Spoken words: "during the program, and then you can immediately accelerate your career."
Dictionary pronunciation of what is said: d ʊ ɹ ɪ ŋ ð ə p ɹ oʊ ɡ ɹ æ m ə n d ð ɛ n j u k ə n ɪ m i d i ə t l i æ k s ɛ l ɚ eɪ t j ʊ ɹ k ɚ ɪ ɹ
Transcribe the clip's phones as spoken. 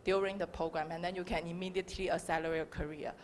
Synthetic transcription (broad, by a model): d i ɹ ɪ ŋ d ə p ɹ oʊ ɡ ɹ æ m ə n d ɛ n j u k ə n ɪ m i d i ə t l i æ s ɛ l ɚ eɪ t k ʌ ɹ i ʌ